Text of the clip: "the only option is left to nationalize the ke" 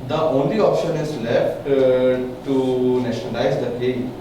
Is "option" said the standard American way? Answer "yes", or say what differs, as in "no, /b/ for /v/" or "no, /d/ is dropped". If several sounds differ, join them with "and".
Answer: yes